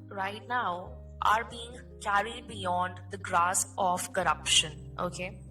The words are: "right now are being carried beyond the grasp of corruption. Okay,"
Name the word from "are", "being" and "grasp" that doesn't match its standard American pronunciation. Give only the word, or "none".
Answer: grasp